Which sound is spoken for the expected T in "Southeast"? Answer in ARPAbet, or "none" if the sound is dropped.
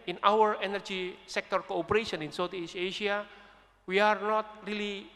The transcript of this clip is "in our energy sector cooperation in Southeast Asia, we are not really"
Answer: none